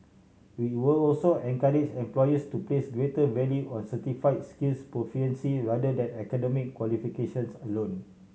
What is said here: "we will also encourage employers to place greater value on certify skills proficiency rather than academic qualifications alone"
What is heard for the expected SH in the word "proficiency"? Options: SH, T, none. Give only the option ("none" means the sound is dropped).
none